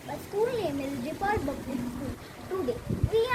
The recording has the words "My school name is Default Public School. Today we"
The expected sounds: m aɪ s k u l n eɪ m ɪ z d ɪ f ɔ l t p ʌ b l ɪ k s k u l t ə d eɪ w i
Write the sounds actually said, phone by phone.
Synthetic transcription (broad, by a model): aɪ s k u l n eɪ m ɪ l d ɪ p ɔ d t b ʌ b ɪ s k u l t ə d eɪ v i